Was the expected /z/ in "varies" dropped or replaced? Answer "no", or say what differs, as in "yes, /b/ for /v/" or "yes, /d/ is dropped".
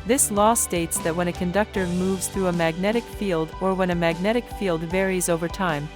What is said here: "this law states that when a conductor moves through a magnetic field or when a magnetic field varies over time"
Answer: no